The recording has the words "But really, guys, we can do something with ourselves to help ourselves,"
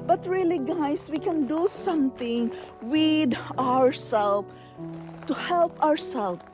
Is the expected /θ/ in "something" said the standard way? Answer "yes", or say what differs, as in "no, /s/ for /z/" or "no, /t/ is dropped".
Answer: no, /t/ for /θ/